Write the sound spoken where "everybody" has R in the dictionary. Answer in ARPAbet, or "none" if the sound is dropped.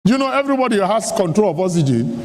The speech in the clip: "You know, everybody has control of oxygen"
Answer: R